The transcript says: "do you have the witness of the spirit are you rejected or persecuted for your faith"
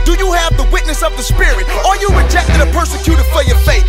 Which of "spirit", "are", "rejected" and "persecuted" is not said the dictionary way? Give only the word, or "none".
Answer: none